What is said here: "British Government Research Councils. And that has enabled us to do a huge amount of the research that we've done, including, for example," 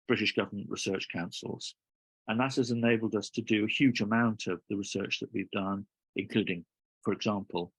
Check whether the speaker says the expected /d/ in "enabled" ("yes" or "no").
yes